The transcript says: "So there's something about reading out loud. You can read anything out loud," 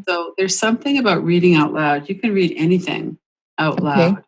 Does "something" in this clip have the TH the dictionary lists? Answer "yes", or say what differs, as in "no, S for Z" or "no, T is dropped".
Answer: yes